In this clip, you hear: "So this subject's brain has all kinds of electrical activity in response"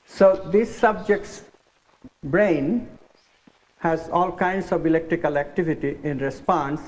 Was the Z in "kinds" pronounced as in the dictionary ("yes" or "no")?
no